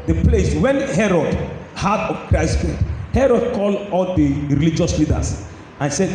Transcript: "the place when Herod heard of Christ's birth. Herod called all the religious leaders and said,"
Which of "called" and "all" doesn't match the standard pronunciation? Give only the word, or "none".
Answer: none